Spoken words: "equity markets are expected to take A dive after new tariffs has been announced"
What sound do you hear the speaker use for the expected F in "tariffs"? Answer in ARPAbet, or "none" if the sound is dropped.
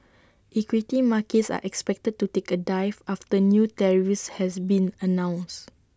none